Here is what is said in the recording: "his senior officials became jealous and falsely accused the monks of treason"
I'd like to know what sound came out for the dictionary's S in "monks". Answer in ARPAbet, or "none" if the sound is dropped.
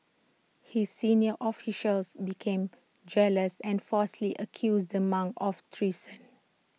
none